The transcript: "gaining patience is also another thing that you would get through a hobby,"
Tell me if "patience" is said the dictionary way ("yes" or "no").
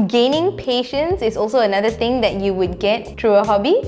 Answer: yes